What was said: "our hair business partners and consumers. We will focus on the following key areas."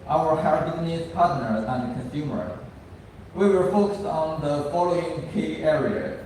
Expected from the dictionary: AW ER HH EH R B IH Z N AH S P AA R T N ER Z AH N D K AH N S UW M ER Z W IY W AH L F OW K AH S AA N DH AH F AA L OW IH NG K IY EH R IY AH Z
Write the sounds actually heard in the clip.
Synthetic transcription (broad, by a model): AW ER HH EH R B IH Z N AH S P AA R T N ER AH N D K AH N S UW M ER W IY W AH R F OW K AH S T N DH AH F AA L OW IH NG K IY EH R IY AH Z